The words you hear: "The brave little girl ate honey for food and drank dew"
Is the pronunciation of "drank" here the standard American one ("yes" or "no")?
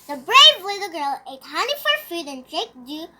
no